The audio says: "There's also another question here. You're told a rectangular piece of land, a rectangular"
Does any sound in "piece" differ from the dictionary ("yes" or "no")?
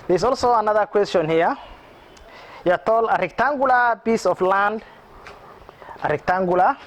yes